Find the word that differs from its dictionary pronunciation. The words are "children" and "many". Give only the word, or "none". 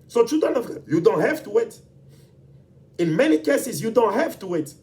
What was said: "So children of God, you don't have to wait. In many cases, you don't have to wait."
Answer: children